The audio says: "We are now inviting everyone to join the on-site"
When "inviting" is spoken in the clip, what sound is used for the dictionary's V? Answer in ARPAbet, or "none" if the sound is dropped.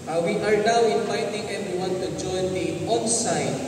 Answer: F